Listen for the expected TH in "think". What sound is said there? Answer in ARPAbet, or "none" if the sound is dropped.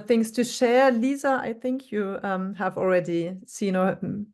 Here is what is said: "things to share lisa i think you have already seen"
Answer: TH